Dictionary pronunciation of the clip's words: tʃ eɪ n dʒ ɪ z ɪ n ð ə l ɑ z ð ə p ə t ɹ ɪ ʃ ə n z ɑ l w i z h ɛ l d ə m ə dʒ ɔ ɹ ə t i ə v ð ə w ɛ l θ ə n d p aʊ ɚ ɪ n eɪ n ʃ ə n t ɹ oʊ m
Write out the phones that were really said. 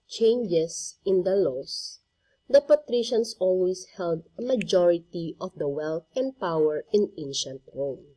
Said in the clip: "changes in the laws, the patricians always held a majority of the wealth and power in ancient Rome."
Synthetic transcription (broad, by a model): tʃ eɪ n dʒ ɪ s ɪ n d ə l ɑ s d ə p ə t ɹ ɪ ʃ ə n s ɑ l w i s h ɛ l d ə m ə dʒ ɔ ɹ ə t i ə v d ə w ɛ l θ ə n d p aʊ ɚ ɪ n eɪ n ʃ ə n t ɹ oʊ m